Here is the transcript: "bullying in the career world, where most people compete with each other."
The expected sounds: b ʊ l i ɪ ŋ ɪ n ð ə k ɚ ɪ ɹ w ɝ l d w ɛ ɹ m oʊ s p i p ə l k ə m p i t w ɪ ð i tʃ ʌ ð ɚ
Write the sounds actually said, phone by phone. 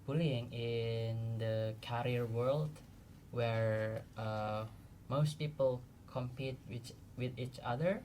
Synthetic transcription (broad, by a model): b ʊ l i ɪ ŋ ɪ n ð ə k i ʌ ɹ w ɝ l d w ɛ ɹ m oʊ s p i p ə l k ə m p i t w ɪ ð i tʃ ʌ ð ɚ